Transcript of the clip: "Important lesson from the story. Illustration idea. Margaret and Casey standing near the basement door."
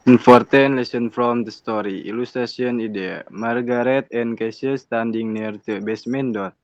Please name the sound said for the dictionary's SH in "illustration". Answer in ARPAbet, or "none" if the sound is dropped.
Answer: S